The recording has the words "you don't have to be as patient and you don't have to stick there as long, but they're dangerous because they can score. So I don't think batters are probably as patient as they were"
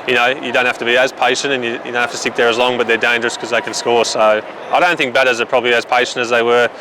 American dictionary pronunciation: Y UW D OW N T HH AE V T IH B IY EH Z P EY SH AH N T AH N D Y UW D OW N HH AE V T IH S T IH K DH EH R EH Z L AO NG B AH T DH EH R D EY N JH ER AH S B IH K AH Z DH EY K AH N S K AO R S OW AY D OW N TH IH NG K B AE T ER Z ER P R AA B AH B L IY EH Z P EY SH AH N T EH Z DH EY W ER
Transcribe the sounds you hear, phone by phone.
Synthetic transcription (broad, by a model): Y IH D OW N T HH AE F T IH B IY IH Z P EY SH AH N T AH N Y Y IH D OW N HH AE T IH S T IH K DH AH R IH Z L AO NG B AH T DH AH R D EY N JH ER AH S K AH Z DH EY K AH N S K AO R S OW AY D OW N TH IH NG K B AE T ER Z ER P R AA B AH B L IY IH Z P EY SH AH N T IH Z DH EY W ER